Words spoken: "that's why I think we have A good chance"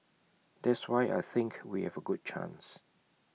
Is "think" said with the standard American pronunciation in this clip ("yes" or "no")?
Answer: yes